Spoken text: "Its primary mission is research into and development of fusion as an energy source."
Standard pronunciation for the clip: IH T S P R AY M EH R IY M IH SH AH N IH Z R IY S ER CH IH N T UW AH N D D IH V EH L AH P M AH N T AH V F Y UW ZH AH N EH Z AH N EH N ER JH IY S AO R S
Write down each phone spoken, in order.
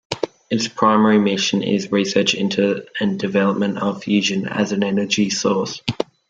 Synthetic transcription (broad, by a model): IH T S P R AY M EH R IY M IH SH AH N IH Z R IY S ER CH IH N T UW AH N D D IH V EH L AH P M AH N T AH V F Y UW ZH AH N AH Z AH N EH N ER JH IY S AO S